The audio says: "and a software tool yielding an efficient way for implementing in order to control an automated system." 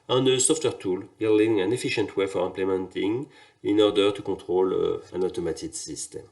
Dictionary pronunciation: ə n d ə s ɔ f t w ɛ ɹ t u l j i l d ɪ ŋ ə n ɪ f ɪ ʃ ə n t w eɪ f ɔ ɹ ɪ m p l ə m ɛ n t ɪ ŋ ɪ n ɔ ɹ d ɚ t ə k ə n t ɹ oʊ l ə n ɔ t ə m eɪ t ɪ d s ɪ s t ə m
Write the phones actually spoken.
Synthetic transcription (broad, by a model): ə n ə s ɔ f t w ɛ ɹ t u l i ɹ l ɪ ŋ ə n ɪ f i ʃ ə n t w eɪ f ɔ ɹ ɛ p l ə m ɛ n t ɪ ŋ ɪ n ɔ ɹ d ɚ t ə k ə t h oʊ l ə n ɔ t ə m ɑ t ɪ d s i s t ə m